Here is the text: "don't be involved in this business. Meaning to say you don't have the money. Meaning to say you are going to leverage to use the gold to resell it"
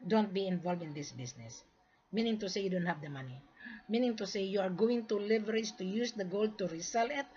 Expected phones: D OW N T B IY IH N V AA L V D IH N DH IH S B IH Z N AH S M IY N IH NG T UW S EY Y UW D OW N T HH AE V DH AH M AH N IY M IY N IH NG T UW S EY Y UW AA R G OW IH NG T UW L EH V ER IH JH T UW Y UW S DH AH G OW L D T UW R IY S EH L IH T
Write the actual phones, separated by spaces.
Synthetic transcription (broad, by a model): D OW N T B IY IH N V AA L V IH N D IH S B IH S N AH S M IY N IH NG T UW S EY Y UW D OW N T HH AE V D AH M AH N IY M IY N IH NG T UW S EY Y UW AA R G OW IH NG T UW L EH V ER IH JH T UW Y UW S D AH G OW L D T UW R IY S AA L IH T